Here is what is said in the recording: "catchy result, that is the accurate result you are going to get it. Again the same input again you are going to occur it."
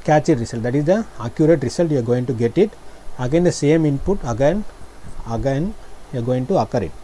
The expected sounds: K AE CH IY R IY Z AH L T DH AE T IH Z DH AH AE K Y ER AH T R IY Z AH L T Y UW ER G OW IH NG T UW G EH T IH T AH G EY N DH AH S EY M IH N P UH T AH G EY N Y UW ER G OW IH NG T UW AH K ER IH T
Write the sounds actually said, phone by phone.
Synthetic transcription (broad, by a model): K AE CH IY R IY S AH L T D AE T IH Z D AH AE K Y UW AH T R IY S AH L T Y UW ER G OW IH NG T UW G EH T IH T AH G EY N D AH S EY M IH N P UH T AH G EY N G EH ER G OW IH NG T UW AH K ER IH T